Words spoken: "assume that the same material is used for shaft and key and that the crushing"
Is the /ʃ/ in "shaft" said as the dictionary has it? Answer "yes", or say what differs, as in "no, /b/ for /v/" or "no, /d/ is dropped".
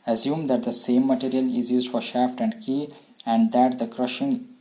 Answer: yes